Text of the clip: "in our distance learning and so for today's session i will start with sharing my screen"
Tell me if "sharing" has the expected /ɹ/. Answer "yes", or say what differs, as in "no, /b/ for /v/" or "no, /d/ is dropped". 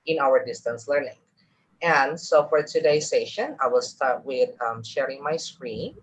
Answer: yes